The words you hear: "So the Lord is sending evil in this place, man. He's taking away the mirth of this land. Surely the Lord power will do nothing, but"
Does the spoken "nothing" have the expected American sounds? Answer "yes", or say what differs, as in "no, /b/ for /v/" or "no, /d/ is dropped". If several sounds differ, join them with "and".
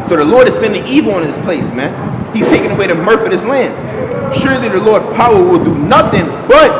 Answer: yes